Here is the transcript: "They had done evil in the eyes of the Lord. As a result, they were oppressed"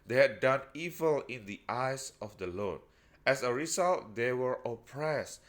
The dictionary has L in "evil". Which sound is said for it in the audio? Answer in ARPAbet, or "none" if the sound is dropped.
L